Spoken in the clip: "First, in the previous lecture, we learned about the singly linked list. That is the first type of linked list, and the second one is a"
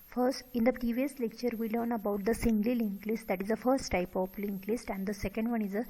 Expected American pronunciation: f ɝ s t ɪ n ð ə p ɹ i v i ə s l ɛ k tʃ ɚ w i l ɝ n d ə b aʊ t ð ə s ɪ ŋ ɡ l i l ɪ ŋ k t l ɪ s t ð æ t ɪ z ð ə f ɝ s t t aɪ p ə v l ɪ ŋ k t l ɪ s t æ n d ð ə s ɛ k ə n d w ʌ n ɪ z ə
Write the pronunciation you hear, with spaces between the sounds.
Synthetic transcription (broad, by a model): f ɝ s t ɪ n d ə p ɹ i v i ə s l ɛ k tʃ ɚ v i l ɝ n ə b aʊ t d ə s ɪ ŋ ɡ l i l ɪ ŋ k l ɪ s t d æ t ɪ z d ə f ɝ s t t aɪ p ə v l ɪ ŋ k l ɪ s t æ n d ə s ɛ k ə n d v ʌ n ɪ z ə